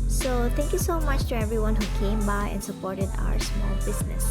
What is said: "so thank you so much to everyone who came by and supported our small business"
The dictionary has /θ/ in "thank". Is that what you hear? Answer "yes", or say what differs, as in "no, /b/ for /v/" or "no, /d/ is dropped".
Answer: no, /t/ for /θ/